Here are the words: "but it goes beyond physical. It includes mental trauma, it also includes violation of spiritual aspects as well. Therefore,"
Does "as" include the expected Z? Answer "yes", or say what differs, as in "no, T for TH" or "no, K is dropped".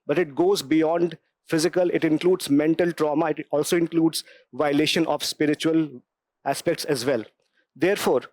yes